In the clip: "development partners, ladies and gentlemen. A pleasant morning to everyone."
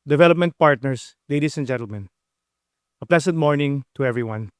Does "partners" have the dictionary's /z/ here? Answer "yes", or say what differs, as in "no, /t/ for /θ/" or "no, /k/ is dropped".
no, /s/ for /z/